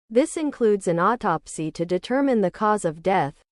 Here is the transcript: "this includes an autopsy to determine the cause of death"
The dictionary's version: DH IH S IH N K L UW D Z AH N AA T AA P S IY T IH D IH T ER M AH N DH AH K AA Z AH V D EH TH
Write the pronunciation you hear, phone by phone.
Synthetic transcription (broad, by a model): DH IH S IH N K L UW D Z AH N AA T AA P S IY T IH D IH T ER M AH N DH AH K AA Z AH V D EH TH